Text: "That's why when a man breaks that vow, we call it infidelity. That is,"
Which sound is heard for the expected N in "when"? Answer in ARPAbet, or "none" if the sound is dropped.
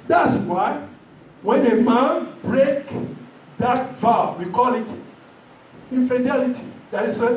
N